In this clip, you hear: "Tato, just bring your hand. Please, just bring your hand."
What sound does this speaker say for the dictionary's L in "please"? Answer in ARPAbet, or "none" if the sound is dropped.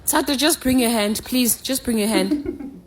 L